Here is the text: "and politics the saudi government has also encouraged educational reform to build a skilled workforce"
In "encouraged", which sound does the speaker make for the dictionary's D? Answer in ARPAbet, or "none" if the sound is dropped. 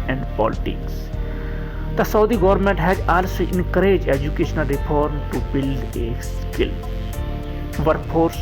none